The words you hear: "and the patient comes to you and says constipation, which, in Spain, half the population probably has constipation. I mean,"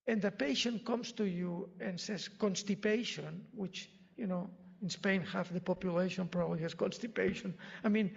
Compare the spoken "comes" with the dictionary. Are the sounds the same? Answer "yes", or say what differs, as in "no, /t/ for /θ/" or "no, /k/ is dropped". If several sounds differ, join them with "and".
no, /s/ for /z/